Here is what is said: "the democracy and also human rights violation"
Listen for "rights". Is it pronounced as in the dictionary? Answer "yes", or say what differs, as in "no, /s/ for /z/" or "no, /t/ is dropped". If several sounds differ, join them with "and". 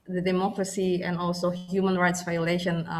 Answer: yes